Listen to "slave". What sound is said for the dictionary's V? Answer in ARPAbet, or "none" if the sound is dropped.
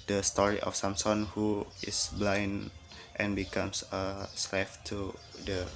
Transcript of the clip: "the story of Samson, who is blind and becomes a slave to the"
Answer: F